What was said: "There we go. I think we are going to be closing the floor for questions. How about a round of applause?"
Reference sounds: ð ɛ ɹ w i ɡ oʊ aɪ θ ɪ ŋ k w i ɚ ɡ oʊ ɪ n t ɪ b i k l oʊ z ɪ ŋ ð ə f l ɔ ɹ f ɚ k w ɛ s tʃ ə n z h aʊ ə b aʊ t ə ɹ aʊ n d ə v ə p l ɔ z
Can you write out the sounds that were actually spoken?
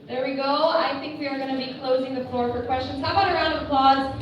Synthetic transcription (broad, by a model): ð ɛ ɹ w i ɡ oʊ aɪ θ ɪ ŋ k w i ɚ ɡ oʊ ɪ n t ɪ b i k l oʊ z ɪ ŋ ð ə f l ɔ ɹ f ɚ k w ɛ s tʃ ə n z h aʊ ə b aʊ t ə ɹ aʊ n d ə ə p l ɔ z